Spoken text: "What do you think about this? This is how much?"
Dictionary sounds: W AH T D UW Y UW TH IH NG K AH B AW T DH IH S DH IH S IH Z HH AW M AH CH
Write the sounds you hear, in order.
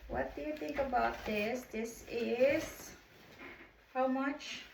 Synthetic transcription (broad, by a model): W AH T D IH Y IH TH IH NG K AH B AW T DH IH S DH IH S IH Z HH AW M AH CH